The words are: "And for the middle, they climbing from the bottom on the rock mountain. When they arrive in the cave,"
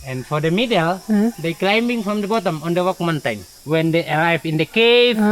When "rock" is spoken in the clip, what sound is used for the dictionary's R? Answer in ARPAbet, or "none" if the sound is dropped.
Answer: W